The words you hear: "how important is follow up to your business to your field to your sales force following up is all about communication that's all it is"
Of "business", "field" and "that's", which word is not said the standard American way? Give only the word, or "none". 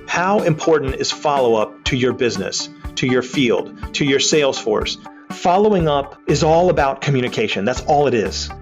none